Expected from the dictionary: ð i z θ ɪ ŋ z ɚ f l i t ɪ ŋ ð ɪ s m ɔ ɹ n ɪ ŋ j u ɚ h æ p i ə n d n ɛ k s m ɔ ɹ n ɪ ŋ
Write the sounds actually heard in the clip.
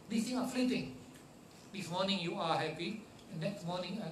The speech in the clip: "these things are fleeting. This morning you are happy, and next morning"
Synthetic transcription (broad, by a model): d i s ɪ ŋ ɚ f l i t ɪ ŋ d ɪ s m ɔ ɹ n ɪ ŋ j u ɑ h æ p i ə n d n ɛ k s m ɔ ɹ n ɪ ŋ